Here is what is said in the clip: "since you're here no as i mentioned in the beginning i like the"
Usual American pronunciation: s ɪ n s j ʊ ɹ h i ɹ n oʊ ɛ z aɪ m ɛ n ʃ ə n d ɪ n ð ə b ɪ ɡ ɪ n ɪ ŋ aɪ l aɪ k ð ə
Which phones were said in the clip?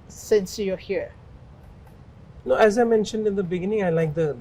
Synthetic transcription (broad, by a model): s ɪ n s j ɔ h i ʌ n oʊ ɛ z aɪ m ɛ n ʃ ə n d ɪ n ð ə b ɪ ɡ ɪ n ɪ ŋ aɪ l aɪ k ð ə